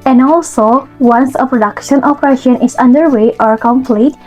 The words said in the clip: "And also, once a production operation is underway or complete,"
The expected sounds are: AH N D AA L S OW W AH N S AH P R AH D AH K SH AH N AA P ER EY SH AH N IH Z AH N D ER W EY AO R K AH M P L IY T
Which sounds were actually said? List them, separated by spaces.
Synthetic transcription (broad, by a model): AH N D AA L S OW W AH N S AH P R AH D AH K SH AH N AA F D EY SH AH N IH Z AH N D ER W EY AO R K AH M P L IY T